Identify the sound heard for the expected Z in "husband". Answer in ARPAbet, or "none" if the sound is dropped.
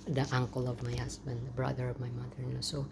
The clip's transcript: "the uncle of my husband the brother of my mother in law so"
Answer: S